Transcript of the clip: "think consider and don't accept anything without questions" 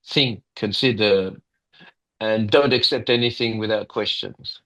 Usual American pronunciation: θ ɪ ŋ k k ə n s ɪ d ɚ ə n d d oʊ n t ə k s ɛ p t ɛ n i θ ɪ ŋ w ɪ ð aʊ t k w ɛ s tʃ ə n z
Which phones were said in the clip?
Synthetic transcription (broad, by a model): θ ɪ ŋ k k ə n s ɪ d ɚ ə n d d oʊ n t ə k s ɛ p t ɛ n i θ ɪ ŋ w ɪ ð aʊ t k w ɛ s tʃ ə n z